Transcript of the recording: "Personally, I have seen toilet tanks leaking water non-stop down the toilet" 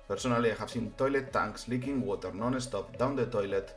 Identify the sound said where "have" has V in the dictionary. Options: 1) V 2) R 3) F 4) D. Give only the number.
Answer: 3